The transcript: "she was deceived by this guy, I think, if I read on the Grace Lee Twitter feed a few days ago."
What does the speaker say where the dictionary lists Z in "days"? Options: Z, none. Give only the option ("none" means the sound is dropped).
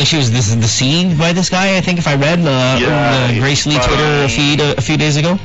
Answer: Z